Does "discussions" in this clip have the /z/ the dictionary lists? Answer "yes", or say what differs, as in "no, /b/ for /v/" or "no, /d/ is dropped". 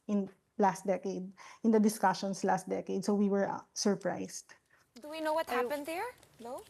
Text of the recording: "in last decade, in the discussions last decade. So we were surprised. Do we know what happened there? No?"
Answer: no, /s/ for /z/